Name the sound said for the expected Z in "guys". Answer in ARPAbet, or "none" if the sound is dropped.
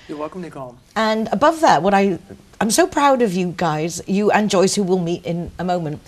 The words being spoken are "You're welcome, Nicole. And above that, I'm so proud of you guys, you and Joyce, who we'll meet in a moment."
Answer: Z